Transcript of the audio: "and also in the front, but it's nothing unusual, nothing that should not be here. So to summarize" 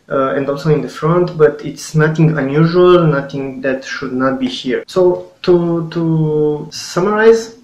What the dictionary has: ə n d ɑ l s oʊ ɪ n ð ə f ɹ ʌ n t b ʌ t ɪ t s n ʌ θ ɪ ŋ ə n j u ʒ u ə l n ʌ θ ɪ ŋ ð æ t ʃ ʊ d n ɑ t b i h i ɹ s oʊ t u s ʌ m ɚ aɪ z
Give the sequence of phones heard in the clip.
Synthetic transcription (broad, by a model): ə n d ɑ l s oʊ ɪ n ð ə f ɹ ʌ n t b ʌ t ɪ t s n ʌ θ ɪ ŋ ə n j u ʒ u ə l n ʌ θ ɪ ŋ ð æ t ʃ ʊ d n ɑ t b i h i ɹ s oʊ t u s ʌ m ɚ aɪ z